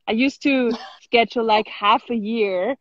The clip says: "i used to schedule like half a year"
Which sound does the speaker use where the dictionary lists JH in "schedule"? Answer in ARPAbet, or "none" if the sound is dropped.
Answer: CH